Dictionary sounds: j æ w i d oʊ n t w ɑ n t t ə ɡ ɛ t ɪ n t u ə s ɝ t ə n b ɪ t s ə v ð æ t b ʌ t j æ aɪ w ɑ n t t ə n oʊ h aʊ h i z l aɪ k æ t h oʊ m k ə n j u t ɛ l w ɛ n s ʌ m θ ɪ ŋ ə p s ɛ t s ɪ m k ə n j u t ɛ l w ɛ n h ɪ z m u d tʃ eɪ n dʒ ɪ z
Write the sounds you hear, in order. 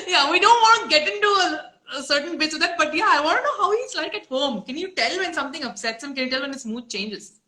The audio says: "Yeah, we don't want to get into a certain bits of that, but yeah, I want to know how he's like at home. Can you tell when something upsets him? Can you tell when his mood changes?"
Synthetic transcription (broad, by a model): j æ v i d oʊ n t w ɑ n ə ɡ ɛ t ɪ n t u ə s ɝ t ə n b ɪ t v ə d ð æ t b ʌ t j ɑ aɪ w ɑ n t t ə n oʊ h aʊ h i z l aɪ k æ t h oʊ m k ə n j u t ɛ l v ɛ n s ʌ m t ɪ ŋ ə p s ɛ t s ɪ m k ə n j u t ɛ l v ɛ n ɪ s m u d tʃ eɪ n dʒ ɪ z